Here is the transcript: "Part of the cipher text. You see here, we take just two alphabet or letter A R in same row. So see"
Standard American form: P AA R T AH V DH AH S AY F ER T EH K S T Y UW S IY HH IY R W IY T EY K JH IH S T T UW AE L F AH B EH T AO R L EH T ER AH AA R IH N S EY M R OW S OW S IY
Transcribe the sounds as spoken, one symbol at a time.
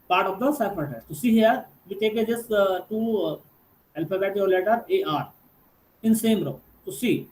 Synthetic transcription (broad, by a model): P AA R T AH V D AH S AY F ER T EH S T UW S IY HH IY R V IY T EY K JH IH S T T UW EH L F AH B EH T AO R L EH T ER AH AA R IH N S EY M R OW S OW S IY